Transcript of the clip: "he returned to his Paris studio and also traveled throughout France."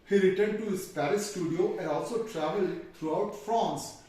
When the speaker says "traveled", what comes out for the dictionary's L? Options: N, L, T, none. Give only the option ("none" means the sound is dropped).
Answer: L